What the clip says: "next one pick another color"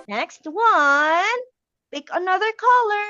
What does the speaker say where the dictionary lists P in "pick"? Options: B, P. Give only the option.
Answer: B